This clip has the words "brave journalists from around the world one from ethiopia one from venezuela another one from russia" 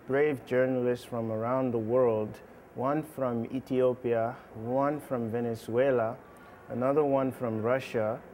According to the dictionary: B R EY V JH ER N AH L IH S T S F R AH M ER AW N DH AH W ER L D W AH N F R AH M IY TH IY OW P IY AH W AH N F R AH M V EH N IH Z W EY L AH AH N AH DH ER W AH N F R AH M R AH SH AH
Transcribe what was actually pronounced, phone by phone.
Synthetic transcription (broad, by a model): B R EY V JH ER N AH L IH S T S F R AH M ER AW N DH AH W ER L D W AH N F R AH M IY TH IY OW P IY AH W AH N F R AH M V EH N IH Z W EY L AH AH N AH DH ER W AH N F R AH M R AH SH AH